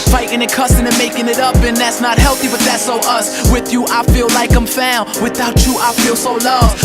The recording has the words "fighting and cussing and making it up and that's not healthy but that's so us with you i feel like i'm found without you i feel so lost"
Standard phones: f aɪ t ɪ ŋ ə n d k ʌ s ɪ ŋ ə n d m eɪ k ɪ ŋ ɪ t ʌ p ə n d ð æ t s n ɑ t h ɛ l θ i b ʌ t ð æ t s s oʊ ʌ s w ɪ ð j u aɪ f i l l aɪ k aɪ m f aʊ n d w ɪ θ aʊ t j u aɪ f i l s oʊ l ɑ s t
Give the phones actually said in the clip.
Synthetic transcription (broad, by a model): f aɪ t ɪ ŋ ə k ʌ s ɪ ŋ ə n m eɪ k ɪ ŋ ɪ t ʌ p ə n ð æ t s n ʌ t h ɛ l θ i b ʌ t ð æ t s s oʊ ʌ s w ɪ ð j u aɪ f i l l aɪ k aɪ m f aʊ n w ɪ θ aʊ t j aɪ f i l s oʊ l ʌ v